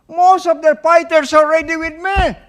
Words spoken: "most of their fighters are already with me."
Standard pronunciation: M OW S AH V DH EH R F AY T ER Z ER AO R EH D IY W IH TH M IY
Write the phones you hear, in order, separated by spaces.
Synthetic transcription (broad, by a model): M OW S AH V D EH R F AY T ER S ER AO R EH D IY W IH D M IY